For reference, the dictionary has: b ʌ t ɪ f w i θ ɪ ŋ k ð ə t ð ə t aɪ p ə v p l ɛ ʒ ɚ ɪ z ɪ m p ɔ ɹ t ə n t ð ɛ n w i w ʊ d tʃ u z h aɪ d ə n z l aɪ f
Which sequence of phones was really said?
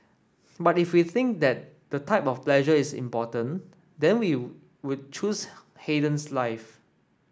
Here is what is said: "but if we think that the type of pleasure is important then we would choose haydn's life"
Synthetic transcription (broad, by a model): b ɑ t ɪ f w i θ ɪ ŋ k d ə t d ə t aɪ p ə f p l ɛ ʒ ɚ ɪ s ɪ m p ɔ t ə n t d ɛ n w i w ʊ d tʃ u s h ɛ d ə n s l aɪ f